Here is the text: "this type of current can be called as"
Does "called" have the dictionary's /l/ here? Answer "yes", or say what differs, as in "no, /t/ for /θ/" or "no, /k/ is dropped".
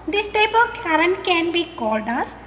yes